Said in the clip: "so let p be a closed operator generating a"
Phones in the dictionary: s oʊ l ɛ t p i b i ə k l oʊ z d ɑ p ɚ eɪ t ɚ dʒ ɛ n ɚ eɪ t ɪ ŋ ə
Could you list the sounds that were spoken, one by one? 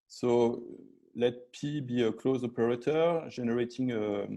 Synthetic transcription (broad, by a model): s oʊ l ɛ t p i b i ə k l oʊ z ɑ p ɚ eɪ t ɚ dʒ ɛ n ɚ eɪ t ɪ ŋ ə